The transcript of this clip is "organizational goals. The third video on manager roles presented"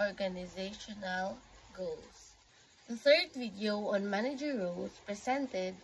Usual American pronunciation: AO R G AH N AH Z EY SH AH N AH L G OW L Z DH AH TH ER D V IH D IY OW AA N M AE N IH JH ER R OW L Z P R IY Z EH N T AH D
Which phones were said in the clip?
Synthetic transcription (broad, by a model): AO R G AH N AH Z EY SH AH N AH L G OW L S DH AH TH ER D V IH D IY OW AA N M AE N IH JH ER R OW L S P R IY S EH N T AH D